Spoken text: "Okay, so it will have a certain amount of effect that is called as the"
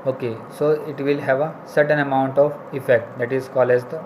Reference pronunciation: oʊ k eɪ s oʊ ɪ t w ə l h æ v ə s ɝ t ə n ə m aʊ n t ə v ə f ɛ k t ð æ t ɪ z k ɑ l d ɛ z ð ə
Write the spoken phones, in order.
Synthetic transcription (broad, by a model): oʊ k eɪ s oʊ ɪ t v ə l h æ v ə s ɝ t ə n ə m aʊ n t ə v ə f ɛ k t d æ t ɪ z k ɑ l ɛ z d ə